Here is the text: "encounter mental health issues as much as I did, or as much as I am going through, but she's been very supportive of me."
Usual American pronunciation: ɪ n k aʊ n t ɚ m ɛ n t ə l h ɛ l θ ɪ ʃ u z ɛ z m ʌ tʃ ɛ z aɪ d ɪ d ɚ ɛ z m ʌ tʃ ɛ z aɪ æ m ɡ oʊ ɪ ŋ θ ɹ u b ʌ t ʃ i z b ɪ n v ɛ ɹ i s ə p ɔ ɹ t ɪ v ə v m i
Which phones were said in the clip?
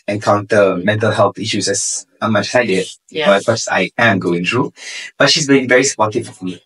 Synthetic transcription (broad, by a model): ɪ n k aʊ n t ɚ m ɛ n t ə l h ɛ l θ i ʃ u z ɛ s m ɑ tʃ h aɪ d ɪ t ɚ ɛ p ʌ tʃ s aɪ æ m ɡ oʊ ɪ ŋ t ɹ u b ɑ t ʃ i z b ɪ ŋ v ɛ ɹ i s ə p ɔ t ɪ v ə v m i